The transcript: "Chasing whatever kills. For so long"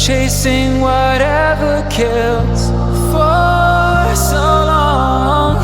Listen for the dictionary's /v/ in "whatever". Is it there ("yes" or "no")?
yes